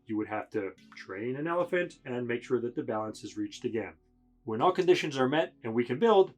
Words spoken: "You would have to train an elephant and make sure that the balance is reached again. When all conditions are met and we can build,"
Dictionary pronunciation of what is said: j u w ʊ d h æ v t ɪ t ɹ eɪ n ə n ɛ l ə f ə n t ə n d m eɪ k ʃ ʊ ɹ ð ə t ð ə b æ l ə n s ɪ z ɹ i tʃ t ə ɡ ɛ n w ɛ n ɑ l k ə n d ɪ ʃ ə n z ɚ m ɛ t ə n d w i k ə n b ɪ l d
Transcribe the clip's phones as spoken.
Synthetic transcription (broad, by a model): j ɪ w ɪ d h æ f t ɪ t ɹ eɪ n ə n ɛ l ə f ə n t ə n m eɪ k ʃ ʊ ɹ ð ə t ð ə b æ l ə n s ɪ z ɹ i tʃ t ə ɡ ɛ n w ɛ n ɑ l k ə n d ɪ ʃ ə n z ɚ m ɛ t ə n w i k ə n b ɪ l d